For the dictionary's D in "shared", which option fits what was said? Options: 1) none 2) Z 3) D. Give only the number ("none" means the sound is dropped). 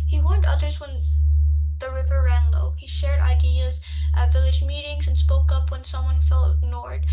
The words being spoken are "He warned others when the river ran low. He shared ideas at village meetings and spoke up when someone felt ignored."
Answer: 3